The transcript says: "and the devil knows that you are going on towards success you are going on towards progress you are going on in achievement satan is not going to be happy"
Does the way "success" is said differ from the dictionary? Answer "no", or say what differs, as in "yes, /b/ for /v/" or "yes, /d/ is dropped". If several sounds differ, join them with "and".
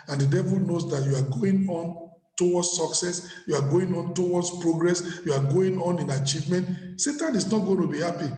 no